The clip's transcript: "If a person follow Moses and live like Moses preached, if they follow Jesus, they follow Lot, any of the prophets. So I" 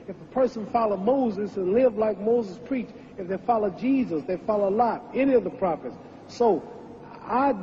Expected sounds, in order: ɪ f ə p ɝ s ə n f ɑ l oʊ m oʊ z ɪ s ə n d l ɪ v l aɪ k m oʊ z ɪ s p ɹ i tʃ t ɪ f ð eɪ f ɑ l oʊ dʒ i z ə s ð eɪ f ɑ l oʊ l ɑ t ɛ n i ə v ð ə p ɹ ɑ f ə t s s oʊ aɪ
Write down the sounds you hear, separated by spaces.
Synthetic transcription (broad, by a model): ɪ f ə p ɝ s ə n f ɑ l oʊ m oʊ z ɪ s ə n l ɪ v l aɪ k m oʊ z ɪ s p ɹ i tʃ ɪ f ð eɪ f ɑ l oʊ dʒ i z ə s ð eɪ f ɑ l oʊ l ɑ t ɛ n i ə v ð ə p ɹ ɑ f ə t s s oʊ aɪ